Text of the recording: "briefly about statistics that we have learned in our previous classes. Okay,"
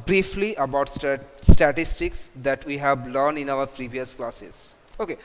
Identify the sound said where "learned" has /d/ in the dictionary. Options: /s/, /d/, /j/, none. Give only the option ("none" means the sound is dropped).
none